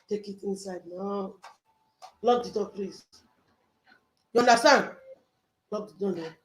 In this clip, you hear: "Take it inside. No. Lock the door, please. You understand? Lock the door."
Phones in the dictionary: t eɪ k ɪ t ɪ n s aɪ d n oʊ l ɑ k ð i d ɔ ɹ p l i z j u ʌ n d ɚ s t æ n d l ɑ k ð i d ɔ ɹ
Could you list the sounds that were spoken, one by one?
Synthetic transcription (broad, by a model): t eɪ k ɪ t ɪ n s aɪ d n oʊ l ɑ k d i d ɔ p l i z j u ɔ n d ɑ s t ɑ n d l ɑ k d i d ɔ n